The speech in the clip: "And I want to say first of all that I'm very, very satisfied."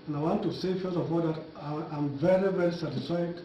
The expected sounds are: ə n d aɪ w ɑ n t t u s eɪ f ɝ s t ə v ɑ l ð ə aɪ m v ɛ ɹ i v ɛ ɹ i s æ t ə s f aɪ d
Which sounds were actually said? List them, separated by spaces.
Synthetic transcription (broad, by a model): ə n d aɪ w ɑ n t t u s eɪ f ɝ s ə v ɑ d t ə aɪ m v ɛ ɹ i v ɛ ɹ i s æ t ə s f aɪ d